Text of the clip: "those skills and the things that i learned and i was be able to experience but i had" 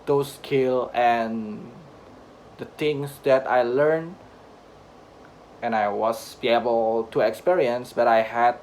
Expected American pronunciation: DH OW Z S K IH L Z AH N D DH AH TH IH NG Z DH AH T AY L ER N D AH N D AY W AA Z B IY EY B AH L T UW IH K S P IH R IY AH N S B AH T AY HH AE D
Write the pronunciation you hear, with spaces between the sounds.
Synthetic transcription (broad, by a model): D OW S K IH L AH N D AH T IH NG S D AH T AY L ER N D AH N AY W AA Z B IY EY B AH L T UW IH K S P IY R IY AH N S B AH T AY HH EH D